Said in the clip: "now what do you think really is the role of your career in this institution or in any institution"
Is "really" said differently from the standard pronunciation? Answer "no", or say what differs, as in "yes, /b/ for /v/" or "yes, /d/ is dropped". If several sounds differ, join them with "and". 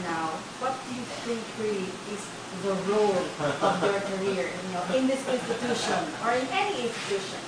yes, /l/ is dropped